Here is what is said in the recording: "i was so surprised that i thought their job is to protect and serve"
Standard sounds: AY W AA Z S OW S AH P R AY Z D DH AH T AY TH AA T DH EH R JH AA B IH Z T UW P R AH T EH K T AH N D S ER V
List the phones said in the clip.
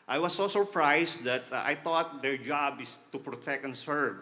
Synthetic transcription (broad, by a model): AY W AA S OW S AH P R AY S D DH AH T AY T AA T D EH R JH AA B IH S T UW P R AH T EH K T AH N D S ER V